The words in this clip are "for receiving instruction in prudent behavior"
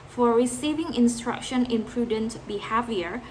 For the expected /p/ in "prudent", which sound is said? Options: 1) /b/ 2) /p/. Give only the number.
2